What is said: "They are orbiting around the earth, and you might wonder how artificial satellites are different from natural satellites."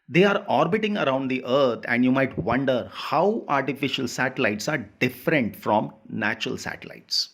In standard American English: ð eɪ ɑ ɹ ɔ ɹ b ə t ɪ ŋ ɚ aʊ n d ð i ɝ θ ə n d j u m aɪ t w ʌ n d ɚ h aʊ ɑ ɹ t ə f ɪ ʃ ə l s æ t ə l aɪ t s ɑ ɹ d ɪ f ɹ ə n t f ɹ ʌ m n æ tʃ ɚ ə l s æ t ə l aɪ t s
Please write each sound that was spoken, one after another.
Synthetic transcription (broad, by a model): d eɪ ɑ ɹ ɔ ɹ b ə t ɪ ŋ ɚ aʊ n d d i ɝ t ə n d j u m aɪ t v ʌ n d ɚ h aʊ ɑ ɹ t ə f ɪ ʃ ə l s æ t ə l aɪ t s ɑ ɹ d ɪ f ɹ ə n t f ɹ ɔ m n æ tʃ ɚ ə l s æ t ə l aɪ t s